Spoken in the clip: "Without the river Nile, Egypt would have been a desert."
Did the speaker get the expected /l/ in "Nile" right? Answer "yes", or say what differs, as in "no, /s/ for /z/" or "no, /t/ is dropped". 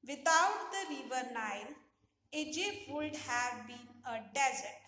yes